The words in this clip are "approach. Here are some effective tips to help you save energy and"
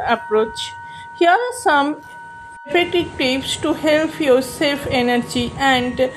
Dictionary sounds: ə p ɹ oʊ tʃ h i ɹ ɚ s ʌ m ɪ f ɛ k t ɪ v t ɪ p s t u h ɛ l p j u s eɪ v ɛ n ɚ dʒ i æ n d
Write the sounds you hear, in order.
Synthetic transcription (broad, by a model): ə p ɹ oʊ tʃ h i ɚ s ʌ m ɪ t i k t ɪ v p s t u h ɛ l p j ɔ s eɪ f ɛ n ɚ dʒ i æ n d